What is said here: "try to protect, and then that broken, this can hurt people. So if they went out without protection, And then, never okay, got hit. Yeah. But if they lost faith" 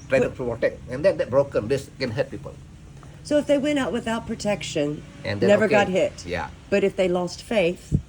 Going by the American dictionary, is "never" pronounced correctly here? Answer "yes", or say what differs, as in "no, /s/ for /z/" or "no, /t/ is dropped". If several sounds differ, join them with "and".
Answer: yes